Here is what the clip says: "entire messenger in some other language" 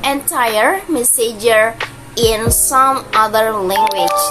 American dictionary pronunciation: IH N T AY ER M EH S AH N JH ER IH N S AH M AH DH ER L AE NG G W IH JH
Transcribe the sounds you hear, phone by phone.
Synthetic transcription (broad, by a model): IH N T AY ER M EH S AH JH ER IH N S AH M AH DH ER L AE NG G W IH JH